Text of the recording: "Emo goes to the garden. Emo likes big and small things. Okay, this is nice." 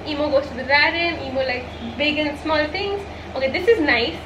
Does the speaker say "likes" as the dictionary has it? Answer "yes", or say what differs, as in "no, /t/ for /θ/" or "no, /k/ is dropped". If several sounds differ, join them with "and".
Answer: no, /s/ is dropped